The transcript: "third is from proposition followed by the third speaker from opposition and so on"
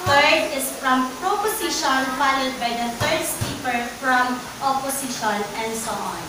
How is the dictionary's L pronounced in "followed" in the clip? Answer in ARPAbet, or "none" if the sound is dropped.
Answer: N